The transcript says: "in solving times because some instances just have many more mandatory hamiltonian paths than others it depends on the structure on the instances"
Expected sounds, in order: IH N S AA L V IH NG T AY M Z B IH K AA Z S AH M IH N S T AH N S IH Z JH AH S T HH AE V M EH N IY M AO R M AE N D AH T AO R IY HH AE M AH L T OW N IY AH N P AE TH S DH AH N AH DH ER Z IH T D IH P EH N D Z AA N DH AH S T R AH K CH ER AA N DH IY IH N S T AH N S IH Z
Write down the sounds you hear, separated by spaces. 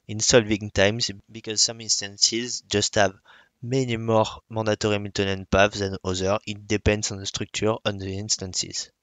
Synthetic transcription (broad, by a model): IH N S AA L V IH NG T AY M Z B IH K AA Z S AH M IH N S T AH N S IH Z JH AH S T HH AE V M EH N IY M AO R M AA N D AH T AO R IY M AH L T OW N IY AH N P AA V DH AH N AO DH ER IH T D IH P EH N D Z AA N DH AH S T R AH K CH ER AA N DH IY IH N S T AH N S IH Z